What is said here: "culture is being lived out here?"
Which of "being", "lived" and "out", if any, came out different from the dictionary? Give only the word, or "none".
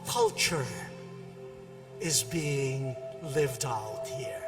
none